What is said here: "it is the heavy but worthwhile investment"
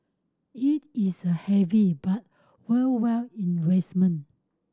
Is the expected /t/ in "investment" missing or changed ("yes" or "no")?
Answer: yes